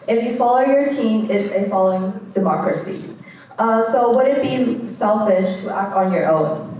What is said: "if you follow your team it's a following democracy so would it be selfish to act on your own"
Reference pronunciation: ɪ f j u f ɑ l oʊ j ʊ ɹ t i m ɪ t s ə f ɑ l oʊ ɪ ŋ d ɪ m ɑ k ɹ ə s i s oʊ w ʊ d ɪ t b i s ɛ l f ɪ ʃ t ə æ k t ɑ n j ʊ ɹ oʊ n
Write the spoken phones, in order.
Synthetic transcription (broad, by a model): ɪ f j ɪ f ɑ l oʊ j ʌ ɹ t i m ɪ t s ə f ɑ l oʊ ɪ ŋ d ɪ m ɑ k ɹ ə s i s oʊ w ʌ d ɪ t b i s ɛ l f ɪ ʃ t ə æ k t n j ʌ ɹ oʊ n